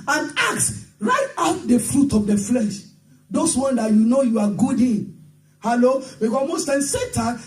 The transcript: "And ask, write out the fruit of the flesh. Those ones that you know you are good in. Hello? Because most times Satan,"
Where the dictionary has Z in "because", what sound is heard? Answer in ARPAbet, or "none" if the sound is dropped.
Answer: none